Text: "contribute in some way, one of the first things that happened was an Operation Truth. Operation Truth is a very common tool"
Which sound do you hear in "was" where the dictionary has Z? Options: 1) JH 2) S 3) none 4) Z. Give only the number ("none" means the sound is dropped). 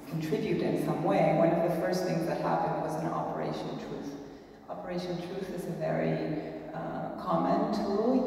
4